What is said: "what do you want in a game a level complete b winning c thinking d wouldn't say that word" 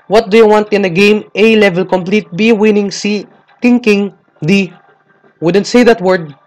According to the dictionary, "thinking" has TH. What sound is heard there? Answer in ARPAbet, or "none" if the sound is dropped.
T